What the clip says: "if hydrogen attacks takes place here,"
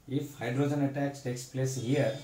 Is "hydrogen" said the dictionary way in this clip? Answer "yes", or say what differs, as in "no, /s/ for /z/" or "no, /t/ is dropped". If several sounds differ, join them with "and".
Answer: yes